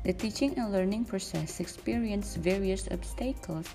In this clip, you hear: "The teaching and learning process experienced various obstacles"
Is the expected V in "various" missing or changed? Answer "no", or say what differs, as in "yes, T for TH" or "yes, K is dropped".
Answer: no